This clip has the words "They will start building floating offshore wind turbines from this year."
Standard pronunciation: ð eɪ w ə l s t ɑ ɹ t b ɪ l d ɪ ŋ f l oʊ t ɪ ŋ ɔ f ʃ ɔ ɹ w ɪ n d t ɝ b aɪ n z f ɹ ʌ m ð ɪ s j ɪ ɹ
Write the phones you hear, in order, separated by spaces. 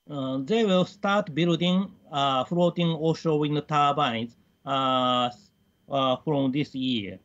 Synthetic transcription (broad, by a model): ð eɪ w ə l s t ɑ ɹ t b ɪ l d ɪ ŋ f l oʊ t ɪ ŋ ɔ ʃ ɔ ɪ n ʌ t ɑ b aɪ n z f ɹ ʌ m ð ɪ s j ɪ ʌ